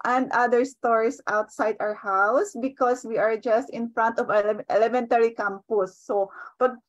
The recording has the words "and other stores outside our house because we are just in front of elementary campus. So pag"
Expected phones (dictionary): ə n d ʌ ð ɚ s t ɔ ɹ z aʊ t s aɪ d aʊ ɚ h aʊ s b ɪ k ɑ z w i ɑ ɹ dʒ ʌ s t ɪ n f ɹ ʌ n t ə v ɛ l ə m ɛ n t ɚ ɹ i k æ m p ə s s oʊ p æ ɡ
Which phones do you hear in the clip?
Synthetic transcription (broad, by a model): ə n d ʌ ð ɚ s t ɔ ɹ s aʊ t s aɪ d aʊ ɚ h aʊ s b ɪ k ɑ s w i ɑ ɹ dʒ ʌ s t ɪ n f ɹ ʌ n t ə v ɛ l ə m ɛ n t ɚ ɹ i k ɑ m p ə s s oʊ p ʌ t